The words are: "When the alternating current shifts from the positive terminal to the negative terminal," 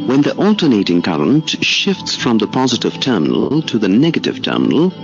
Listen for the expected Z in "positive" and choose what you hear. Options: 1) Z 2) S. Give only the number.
1